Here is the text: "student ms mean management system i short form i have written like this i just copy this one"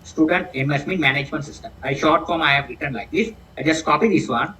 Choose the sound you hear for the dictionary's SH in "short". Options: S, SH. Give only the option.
SH